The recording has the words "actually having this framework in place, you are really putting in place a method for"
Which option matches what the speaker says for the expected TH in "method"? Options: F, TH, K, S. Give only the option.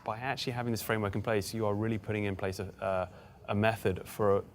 TH